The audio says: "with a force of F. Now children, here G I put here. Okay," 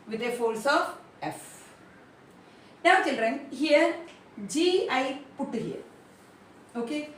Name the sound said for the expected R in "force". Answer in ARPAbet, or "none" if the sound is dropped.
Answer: L